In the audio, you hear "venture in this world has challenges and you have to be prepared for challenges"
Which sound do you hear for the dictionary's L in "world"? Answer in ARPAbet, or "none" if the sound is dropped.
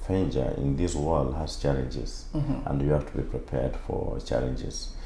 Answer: L